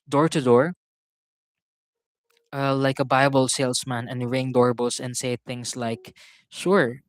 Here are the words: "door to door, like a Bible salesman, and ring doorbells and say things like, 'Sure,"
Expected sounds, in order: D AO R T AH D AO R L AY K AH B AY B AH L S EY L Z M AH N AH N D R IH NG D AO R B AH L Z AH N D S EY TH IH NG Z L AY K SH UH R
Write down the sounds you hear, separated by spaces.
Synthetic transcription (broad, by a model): D AO R T AH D AO R L AY K AH B AY B AH L S EY L S M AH N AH N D R IH NG D AO R B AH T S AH N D S EY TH IH NG S L AY K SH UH R